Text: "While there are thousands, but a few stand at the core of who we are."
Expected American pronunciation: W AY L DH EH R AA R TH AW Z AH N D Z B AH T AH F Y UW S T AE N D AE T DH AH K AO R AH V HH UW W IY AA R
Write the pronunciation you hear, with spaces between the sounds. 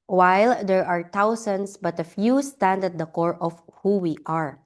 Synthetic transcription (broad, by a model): W AY L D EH R AA R T AW S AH N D S B AH T AH F Y UW S T AE N D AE T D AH K AO R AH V HH UW W IY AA R